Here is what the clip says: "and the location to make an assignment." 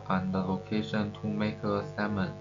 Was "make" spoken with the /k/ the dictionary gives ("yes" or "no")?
no